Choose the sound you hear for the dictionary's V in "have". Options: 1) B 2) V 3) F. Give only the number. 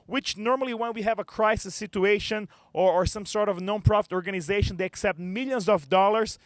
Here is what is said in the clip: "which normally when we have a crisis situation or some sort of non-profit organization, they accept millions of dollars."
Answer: 2